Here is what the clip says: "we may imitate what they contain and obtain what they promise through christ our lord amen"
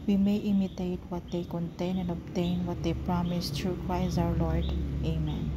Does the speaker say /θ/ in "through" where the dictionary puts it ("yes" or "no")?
no